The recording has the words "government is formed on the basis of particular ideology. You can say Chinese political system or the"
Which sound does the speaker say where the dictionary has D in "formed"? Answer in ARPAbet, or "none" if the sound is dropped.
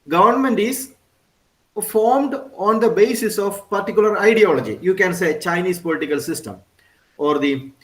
D